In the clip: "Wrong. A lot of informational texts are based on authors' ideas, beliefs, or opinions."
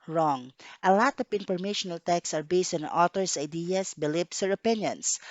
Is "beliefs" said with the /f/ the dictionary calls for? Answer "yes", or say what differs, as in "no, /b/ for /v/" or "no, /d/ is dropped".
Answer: no, /p/ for /f/